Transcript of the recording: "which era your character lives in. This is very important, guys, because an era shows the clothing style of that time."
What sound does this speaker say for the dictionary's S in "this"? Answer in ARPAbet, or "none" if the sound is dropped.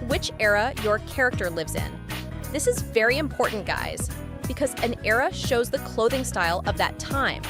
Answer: S